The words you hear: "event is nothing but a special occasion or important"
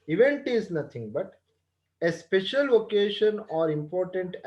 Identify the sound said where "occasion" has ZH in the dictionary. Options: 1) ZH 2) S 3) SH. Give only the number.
3